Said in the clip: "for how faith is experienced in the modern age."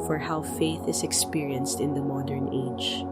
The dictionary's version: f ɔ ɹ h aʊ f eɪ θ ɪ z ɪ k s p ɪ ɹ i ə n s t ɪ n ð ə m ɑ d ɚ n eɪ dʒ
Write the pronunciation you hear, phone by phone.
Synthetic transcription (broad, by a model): f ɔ ɹ h aʊ f eɪ θ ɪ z ɪ k s p ɪ ɹ i ə n s t ɪ n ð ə m ɑ d ɚ n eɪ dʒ